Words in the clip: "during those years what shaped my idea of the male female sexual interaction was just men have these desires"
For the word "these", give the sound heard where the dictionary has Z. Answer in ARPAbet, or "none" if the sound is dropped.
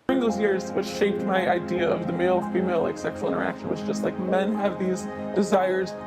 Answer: Z